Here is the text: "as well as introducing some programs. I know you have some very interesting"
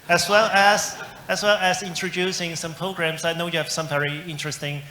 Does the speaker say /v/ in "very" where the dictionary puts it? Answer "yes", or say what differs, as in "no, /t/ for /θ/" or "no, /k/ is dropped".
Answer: yes